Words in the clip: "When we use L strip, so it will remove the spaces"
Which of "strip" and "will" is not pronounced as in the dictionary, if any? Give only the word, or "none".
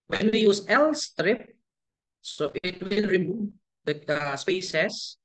none